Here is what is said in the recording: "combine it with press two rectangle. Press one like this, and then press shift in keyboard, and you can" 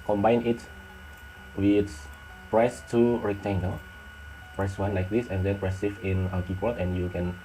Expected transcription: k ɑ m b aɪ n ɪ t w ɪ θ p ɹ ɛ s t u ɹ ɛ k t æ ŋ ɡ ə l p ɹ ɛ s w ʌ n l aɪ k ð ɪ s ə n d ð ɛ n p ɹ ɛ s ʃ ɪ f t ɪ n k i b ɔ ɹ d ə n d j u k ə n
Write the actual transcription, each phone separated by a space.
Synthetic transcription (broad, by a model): k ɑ m b aɪ n ɪ t w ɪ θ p ɹ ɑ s t u ɹ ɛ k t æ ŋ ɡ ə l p ɹ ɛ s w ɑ n l aɪ k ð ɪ s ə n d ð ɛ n p ɹ ɛ s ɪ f ɪ n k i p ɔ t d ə n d j u k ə n